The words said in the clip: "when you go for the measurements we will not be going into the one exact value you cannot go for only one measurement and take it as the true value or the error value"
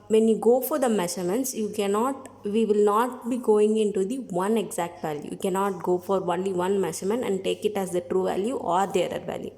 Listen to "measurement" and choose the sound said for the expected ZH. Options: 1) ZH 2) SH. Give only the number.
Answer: 2